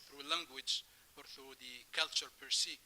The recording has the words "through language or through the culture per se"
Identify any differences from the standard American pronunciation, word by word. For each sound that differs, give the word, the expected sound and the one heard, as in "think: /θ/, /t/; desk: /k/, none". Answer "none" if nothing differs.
none